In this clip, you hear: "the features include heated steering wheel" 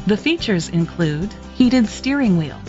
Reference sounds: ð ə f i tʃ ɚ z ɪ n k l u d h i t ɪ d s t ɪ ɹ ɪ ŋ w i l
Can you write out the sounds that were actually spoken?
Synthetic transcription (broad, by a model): ð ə f i tʃ ɚ z ɪ n k l u d h i t ɪ d s t ɪ ɹ ɪ ŋ w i l